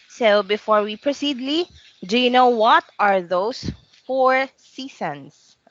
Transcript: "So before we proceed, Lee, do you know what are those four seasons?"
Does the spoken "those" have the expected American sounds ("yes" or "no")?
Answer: no